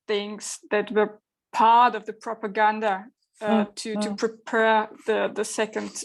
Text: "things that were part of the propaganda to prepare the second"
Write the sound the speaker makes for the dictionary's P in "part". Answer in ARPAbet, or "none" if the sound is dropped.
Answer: P